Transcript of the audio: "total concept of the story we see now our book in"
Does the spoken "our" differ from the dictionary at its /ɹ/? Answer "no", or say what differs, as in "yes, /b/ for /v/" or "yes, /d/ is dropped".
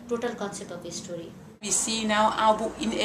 yes, /w/ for /ɹ/